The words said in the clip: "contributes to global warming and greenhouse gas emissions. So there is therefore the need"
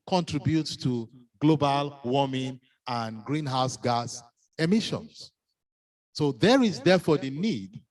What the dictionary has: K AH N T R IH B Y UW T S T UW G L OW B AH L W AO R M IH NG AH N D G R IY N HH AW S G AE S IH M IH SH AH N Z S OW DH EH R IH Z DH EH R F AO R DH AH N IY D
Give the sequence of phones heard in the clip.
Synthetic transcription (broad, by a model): K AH N T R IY B Y UW T S T UW G L OW B AH L W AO M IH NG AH N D G R IY N HH AW S G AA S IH M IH SH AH N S S OW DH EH R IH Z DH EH F AO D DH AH N IY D